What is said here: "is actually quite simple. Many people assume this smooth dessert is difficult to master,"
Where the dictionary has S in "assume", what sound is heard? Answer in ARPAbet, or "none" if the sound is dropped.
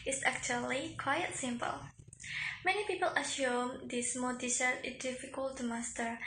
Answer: SH